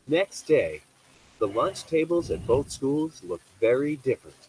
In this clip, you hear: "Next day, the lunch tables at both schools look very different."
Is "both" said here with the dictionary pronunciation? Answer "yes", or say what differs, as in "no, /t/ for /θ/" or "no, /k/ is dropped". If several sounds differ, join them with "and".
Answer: yes